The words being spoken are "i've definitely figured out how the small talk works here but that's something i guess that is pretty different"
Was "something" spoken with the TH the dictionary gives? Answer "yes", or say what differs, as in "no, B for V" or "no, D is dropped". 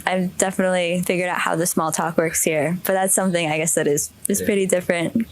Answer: yes